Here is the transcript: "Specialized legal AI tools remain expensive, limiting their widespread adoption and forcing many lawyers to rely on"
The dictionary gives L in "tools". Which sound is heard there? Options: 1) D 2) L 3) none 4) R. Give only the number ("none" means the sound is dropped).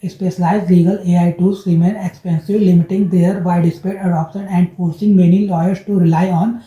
3